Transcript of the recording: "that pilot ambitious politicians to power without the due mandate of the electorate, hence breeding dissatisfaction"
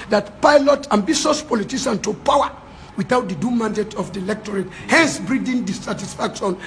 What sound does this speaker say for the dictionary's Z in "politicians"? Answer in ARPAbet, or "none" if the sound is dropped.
none